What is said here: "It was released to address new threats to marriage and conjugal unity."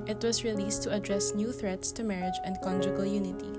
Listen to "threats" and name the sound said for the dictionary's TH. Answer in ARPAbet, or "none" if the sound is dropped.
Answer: TH